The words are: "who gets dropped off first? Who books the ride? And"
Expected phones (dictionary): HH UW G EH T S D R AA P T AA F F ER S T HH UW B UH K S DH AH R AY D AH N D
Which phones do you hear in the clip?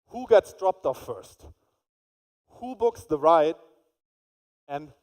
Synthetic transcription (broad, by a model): HH UW G EH T S D R AA P T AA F F ER S T HH UW B UH K S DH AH R AY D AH N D